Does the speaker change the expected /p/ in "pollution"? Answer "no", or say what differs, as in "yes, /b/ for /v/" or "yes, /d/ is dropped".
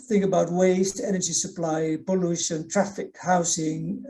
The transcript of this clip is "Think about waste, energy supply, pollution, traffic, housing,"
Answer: yes, /b/ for /p/